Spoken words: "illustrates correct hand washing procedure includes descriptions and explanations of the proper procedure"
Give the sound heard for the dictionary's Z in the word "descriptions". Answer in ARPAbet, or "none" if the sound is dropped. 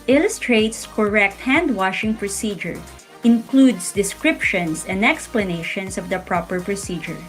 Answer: S